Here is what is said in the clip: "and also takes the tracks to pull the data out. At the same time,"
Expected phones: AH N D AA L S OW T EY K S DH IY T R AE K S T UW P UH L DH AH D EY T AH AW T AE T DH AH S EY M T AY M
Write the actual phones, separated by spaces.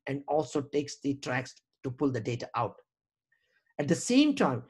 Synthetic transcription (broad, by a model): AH N D AA L S OW T EY K S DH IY T R AE K S T UW P UH L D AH D EY T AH AW T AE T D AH S EY M T AY M